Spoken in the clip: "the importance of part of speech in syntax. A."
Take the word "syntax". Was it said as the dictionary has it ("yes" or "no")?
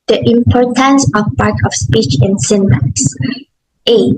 no